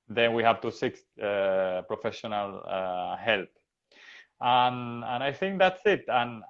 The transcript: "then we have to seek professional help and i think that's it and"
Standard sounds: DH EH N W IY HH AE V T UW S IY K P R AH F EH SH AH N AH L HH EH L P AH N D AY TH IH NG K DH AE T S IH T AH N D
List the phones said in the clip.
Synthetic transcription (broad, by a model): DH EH N W IY HH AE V T UW S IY K P R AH F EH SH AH N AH L HH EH L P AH N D AY TH IH NG K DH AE T S IH T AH N